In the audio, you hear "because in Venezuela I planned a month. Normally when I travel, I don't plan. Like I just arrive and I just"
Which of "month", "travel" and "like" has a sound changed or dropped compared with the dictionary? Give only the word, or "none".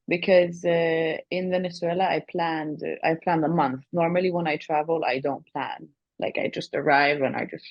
none